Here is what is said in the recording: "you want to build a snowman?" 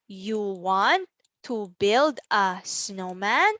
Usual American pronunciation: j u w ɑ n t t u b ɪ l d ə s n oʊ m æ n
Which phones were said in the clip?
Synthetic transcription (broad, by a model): j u w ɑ n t t u b ɪ l d ə s n oʊ m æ n